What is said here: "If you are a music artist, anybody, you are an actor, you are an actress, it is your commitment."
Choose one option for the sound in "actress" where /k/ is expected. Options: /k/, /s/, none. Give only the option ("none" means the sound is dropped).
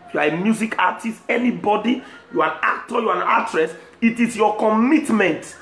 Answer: none